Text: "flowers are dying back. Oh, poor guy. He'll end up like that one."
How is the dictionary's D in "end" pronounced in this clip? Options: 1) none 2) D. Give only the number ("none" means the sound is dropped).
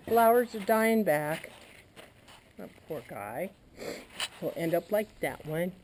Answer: 2